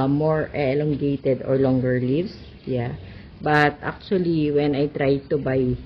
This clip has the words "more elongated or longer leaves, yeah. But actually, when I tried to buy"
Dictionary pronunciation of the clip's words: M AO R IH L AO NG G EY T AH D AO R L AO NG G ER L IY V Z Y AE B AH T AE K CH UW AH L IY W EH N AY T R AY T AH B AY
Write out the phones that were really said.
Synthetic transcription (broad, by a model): M AO R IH L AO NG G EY T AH D AO R L AO NG G ER L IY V S Y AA B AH T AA K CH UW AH L IY W EH N AY T R AY T AH B AY